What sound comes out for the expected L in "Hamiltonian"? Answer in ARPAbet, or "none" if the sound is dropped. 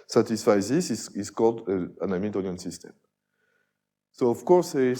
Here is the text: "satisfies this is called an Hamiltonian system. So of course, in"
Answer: none